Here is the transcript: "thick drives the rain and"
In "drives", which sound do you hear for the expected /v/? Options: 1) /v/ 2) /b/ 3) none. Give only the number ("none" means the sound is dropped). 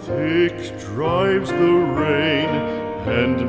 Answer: 1